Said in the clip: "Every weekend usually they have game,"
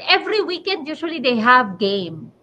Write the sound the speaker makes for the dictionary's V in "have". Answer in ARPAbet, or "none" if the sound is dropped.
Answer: V